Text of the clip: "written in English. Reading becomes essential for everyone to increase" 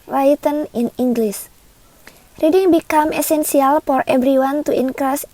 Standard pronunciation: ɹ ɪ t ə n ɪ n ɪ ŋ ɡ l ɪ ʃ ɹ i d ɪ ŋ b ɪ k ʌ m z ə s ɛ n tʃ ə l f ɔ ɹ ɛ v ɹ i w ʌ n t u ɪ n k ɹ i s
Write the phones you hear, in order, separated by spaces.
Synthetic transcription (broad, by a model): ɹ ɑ t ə n ɪ n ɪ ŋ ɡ l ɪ s ɹ i d ɪ ŋ b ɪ k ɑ m ə s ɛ n s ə l f ɔ ɹ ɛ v ɹ i w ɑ n t u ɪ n k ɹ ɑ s